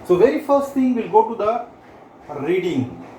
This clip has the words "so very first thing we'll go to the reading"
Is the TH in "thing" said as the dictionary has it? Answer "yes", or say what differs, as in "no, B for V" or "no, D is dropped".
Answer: no, T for TH